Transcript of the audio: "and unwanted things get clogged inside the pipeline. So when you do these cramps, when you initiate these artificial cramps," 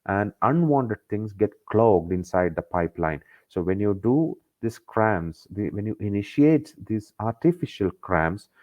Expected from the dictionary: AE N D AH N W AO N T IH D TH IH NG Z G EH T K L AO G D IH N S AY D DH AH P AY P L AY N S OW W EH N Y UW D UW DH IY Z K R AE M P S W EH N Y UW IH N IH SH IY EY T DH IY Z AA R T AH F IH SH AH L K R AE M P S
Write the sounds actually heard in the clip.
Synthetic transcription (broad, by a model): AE N D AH N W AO N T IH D T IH NG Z G EH T K L AO G D IH N S AY D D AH P AY P L AY N S OW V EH N Y UW D UW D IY S K R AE M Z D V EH N Y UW IH N IH SH IY EY T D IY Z AA R T AH F IH SH AH L K R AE M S